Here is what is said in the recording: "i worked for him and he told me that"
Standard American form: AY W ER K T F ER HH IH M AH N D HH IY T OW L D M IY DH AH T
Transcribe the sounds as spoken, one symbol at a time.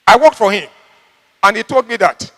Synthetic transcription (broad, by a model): AY W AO K T F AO HH IH M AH N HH IY T OW L D M IY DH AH T